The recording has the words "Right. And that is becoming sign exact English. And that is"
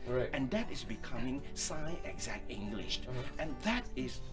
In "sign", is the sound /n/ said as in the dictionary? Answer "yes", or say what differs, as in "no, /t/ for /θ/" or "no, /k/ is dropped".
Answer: no, /n/ is dropped